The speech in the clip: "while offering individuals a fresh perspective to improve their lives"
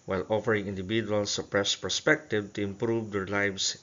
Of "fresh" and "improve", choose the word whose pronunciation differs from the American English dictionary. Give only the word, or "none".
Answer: fresh